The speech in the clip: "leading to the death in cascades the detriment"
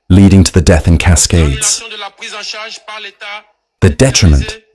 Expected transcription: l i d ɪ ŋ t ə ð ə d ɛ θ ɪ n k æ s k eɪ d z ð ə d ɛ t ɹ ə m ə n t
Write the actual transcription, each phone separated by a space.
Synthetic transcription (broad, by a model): l i d ɪ ŋ t ə ð ə d ɛ θ ɪ n k æ s k eɪ d z ð ə d ɛ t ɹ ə m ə n t